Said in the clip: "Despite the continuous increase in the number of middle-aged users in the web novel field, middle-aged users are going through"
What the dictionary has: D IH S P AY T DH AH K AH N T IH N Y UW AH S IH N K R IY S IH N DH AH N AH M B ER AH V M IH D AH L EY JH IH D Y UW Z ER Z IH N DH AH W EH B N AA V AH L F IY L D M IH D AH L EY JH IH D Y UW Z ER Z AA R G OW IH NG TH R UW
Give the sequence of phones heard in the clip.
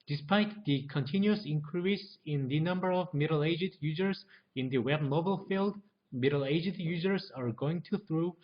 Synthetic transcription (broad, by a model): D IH S P AY T DH AH K AH N T IH N Y UW AH S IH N K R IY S IH N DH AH N AH M B ER AH V M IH D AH L EY JH IH D Y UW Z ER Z IH N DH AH W EH B N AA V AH L F IY L D M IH D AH L EY JH IH D Y UW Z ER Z AA R G OW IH NG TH R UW